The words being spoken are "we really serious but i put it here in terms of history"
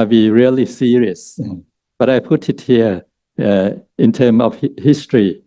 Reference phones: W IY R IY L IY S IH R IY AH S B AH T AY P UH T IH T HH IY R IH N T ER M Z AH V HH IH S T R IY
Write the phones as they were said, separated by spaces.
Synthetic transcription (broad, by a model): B IY R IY L IY S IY R IY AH S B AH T AY P UH T IH T HH IY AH IH N T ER M AH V HH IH S T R IY